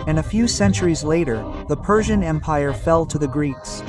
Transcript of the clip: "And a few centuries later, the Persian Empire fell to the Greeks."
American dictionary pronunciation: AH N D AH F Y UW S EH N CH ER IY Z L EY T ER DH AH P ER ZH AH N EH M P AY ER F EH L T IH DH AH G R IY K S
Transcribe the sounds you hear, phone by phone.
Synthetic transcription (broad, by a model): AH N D AH F Y UW S EH N CH ER IY Z L EY T ER DH AH P ER ZH AH N EH M P AY ER F EH L T IH DH AH G R IY K S